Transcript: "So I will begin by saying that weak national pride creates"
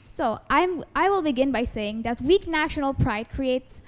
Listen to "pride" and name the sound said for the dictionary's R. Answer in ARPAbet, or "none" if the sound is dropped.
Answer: R